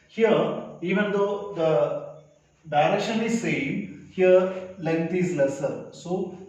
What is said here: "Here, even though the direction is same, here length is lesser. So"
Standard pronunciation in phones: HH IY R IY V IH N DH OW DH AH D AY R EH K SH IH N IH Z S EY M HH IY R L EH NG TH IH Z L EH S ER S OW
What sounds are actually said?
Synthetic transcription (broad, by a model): HH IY R IY V IH N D OW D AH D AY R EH SH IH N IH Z S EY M HH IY R L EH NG T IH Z L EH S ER S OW